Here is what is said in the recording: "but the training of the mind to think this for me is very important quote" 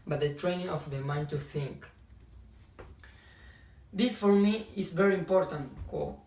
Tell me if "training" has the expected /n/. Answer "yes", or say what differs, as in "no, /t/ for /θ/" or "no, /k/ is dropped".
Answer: yes